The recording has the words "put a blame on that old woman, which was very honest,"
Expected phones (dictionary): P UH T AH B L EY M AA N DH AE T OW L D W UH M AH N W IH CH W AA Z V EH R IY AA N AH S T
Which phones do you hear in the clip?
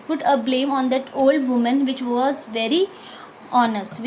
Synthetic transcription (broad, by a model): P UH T AH B L EY M AA N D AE T OW L D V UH M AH N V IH CH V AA Z V EH R IY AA N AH S T